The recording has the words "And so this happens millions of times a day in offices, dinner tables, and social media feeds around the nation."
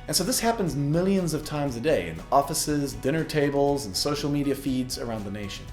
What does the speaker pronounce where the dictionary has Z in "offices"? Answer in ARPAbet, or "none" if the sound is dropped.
Z